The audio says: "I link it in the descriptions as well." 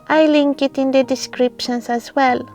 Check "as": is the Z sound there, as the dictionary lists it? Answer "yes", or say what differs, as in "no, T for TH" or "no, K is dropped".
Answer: no, S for Z